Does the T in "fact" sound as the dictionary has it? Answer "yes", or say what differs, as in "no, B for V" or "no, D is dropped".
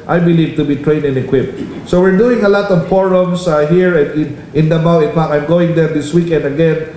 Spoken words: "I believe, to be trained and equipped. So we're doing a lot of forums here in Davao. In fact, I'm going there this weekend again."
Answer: no, T is dropped